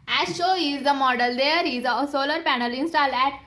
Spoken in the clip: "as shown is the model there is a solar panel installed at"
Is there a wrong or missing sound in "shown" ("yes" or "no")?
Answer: yes